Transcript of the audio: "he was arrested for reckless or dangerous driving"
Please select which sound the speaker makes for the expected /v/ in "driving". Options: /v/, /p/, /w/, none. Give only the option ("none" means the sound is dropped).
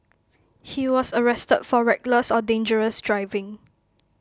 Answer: /v/